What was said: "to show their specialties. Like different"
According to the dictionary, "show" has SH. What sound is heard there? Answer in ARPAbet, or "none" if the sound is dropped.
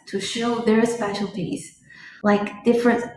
SH